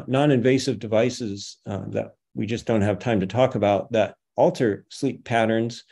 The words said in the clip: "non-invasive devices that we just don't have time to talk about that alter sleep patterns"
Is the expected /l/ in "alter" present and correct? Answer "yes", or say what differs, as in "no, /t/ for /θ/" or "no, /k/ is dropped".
yes